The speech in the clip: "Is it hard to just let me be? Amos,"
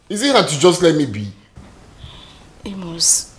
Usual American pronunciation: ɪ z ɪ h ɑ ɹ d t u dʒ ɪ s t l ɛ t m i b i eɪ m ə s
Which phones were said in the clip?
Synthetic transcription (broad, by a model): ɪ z ɪ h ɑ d t u dʒ ɪ s t l ɛ t m i b i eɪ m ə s